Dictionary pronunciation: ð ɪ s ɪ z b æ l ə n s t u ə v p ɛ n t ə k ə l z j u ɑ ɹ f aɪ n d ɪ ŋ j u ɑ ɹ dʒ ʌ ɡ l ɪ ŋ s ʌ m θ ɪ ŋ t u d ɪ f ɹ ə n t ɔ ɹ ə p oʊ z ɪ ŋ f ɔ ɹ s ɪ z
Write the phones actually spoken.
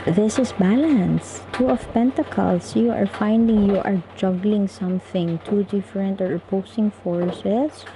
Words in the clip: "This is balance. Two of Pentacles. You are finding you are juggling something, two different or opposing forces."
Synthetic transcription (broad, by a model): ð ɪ s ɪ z b æ l ə n s t u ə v p ɛ n t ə k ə l s j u ɑ ɹ f aɪ n d ɪ ŋ j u ɑ ɹ dʒ ʌ ɡ l ɪ ŋ s ʌ m θ ɪ ŋ t u d ɪ f ɹ ə n t ɔ ɹ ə p oʊ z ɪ ŋ f ɔ ɹ s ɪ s